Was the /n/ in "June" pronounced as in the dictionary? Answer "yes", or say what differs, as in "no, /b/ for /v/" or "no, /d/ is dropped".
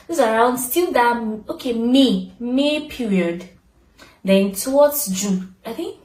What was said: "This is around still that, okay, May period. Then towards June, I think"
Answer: no, /n/ is dropped